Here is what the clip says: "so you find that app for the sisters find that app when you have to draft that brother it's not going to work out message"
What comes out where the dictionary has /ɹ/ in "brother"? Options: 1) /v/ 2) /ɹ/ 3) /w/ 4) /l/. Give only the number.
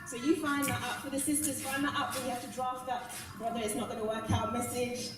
2